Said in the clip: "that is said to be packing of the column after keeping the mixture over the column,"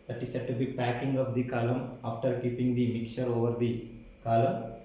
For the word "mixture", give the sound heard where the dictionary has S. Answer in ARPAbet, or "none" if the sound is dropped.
none